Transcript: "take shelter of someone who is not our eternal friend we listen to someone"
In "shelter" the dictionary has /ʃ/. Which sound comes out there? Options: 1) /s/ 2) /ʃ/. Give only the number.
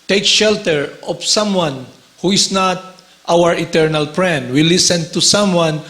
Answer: 2